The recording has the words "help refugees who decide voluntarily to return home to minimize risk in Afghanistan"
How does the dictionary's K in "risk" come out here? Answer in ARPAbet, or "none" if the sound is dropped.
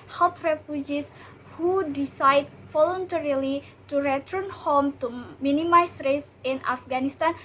none